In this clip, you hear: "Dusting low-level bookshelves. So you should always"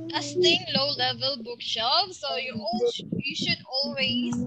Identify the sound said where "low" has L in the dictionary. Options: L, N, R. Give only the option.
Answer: L